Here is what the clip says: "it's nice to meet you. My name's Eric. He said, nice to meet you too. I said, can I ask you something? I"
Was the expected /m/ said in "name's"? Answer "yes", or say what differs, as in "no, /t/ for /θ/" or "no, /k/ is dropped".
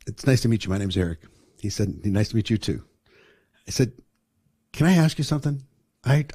no, /m/ is dropped